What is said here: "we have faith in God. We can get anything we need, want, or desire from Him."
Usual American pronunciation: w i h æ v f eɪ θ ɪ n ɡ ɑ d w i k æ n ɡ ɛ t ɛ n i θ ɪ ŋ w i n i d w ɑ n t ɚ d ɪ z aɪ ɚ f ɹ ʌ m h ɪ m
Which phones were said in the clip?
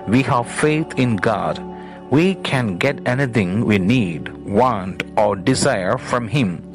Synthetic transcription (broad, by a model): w i h æ v f eɪ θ ɪ n ɡ ɑ d w i k æ n ɡ ɛ t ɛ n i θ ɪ ŋ w i n i d w ɑ n t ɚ d ɪ z aɪ ɚ f ɹ ʌ m h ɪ m